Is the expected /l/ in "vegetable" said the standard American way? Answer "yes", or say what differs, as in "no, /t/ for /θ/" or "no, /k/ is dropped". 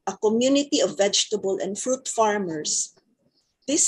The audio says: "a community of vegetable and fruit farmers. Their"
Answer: yes